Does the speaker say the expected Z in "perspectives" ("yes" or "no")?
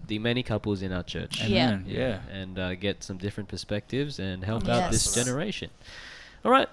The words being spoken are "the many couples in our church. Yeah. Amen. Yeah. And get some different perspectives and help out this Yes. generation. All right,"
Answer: yes